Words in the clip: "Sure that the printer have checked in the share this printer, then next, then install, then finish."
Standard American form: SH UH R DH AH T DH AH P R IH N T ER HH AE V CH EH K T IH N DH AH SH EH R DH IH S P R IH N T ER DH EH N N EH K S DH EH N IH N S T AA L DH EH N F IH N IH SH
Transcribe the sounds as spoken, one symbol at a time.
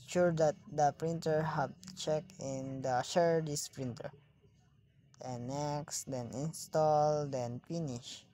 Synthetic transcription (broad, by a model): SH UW R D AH T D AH P R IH N T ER HH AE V CH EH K IH N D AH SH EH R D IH S P R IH N T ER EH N N EH K S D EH N IH N S T AA L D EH N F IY N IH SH